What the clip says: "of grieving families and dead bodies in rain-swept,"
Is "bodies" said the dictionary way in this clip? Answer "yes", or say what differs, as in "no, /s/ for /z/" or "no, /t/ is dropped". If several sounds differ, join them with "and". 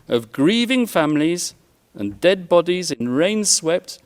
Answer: yes